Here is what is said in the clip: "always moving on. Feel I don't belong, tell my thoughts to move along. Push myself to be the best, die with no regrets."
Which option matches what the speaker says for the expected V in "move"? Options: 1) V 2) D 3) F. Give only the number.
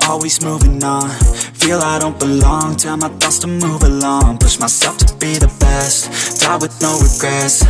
1